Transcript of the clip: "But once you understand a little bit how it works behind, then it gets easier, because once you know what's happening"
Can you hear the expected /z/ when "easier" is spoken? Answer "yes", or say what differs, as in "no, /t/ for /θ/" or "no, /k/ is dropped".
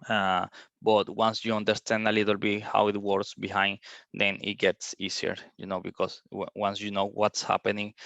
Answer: no, /s/ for /z/